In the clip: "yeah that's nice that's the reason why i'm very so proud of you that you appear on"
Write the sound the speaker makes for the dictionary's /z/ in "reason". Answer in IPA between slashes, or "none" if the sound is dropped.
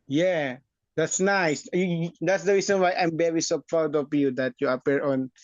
/s/